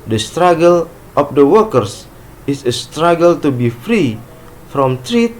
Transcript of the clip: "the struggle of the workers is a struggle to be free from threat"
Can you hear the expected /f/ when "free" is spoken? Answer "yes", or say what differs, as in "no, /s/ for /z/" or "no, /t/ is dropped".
yes